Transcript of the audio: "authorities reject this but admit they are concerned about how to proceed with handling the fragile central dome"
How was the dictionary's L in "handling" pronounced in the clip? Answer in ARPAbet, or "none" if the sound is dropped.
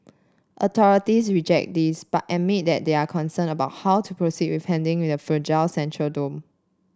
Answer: W